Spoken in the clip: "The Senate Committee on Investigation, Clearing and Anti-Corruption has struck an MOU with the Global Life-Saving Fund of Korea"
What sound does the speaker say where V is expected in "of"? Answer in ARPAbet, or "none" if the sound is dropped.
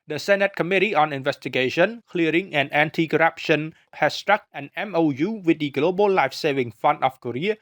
F